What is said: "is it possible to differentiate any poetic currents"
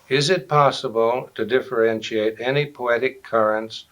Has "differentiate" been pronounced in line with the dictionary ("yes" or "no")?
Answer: yes